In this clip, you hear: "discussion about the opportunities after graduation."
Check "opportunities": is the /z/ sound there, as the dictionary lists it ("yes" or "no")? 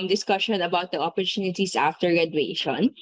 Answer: no